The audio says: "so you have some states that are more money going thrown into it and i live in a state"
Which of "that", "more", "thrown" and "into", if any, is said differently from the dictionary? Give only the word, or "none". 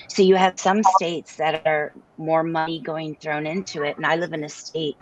none